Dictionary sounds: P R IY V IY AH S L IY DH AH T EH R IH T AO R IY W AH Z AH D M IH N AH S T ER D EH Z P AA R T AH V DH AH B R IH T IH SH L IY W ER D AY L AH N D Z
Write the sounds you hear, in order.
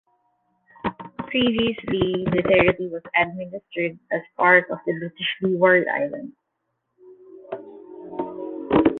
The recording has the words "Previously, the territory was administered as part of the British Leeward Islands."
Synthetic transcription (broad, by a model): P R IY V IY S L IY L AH T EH R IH T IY W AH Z AH D M IH N AH S T ER D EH S P AA R T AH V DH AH B R IH T IH SH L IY W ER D AY L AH N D